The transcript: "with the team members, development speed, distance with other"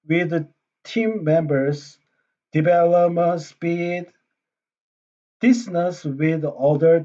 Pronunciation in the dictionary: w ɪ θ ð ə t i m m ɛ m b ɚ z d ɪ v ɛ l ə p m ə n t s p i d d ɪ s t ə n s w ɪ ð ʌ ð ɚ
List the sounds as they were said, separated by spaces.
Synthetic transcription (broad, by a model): w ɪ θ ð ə t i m m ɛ m b ɚ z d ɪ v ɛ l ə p m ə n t s p i d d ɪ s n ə s w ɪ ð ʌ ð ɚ